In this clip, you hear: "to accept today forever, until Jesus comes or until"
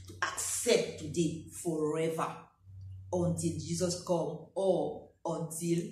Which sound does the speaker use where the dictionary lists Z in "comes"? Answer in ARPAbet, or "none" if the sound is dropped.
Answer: none